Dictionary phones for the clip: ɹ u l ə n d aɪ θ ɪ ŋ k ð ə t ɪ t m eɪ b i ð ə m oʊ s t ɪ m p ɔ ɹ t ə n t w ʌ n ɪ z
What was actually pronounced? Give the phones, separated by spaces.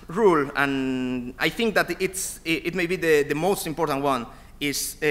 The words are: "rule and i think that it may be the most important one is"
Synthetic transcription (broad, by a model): ɹ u l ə n aɪ θ ɪ ŋ k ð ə t ɪ t m eɪ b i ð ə m oʊ s t ɪ m p ɔ ɹ t ə n t w ʌ n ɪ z